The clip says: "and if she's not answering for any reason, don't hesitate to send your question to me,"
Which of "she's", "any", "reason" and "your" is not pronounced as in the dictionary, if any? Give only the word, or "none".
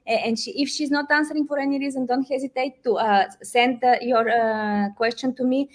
none